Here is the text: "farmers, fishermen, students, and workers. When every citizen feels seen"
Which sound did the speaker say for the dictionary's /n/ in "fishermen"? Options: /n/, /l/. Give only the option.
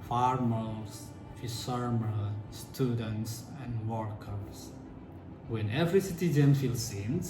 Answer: /l/